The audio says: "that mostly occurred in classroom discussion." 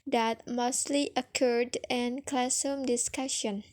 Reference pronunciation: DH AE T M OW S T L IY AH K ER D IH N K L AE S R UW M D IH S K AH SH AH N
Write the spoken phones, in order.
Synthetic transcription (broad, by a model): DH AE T M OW S T L IY AH K ER D IH N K L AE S AH M D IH S K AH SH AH N